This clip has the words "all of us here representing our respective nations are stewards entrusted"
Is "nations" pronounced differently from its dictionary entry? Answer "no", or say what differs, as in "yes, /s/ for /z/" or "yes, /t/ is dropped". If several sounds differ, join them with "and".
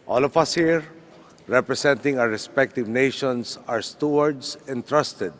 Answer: yes, /s/ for /z/